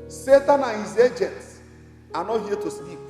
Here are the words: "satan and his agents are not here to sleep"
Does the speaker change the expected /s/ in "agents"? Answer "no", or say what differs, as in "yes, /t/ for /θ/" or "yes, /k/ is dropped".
no